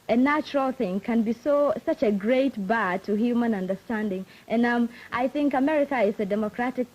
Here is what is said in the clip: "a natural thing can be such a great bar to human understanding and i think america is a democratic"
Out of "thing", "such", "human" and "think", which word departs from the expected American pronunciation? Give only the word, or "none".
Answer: none